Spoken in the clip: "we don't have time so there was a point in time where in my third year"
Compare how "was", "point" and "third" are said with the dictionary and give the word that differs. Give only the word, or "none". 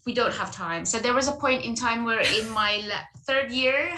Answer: none